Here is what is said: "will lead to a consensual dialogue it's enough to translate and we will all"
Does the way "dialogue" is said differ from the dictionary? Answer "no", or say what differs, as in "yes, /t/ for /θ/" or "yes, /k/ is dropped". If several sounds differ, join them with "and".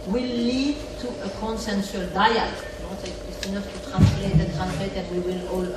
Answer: yes, /n/ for /l/